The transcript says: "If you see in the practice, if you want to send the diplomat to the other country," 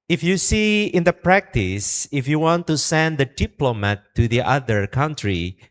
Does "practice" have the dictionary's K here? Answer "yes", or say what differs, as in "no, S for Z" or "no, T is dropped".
yes